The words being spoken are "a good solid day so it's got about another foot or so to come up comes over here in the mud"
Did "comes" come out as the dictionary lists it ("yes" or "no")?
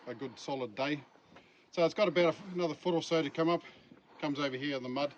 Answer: yes